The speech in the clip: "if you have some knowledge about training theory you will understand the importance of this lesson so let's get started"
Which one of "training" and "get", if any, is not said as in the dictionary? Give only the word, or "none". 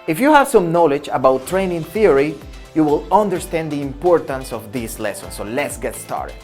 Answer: none